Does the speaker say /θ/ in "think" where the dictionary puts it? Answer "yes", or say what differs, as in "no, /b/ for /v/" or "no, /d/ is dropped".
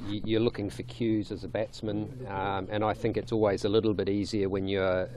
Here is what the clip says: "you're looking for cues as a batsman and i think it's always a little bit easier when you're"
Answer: yes